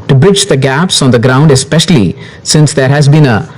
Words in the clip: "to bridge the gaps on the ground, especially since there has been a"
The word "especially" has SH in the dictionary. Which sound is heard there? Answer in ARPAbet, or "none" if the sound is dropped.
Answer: SH